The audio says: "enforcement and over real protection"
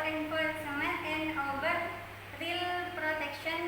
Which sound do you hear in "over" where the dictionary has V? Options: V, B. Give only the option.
B